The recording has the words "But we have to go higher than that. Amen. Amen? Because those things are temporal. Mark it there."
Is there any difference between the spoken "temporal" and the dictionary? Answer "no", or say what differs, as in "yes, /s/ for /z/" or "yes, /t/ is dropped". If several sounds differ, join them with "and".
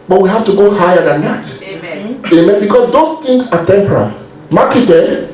no